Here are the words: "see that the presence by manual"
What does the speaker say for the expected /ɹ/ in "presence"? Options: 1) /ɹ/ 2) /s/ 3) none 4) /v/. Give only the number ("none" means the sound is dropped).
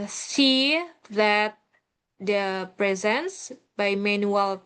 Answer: 1